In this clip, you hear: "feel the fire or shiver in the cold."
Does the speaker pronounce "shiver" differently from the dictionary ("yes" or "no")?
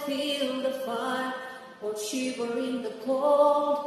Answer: yes